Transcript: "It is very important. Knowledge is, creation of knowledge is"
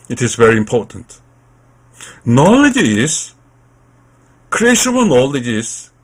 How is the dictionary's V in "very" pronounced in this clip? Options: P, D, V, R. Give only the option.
V